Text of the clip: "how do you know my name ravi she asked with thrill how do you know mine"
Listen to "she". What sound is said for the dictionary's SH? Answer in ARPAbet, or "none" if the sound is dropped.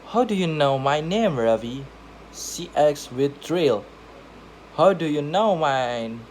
S